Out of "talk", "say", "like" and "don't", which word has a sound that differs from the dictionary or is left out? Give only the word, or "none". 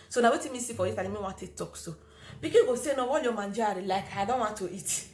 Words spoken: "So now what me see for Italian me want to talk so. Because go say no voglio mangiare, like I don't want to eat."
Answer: none